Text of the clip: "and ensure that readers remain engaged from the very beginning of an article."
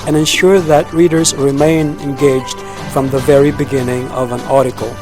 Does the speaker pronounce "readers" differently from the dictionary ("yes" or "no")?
no